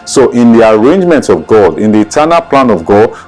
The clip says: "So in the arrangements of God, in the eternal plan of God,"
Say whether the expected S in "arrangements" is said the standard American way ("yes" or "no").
no